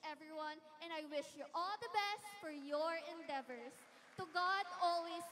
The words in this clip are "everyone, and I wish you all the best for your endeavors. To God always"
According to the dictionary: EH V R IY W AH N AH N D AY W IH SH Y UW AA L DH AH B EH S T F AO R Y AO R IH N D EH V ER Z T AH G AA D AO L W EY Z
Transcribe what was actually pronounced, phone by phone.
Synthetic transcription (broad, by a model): EH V R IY W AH N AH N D AY W IH SH Y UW AA L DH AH B EH S T F AO R Y AO R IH N D EH V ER S T AH G AA D AO L W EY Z